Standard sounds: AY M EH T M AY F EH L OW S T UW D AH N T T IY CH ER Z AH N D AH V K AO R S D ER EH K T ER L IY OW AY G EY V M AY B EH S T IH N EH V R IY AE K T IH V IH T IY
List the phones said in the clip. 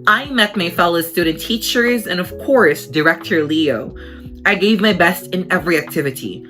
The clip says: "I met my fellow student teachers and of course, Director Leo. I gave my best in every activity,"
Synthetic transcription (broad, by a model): AY M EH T M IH F EH L OW S T UW D N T T IY CH ER Z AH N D AH V K AO R S D ER EH K T ER L IY OW AY G EY V M AY B EH S T IH N EH V R IY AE K T IH V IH T IY